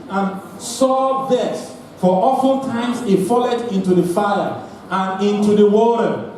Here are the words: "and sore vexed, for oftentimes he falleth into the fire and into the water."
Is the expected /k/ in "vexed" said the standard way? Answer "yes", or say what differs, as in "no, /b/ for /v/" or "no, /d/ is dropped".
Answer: no, /k/ is dropped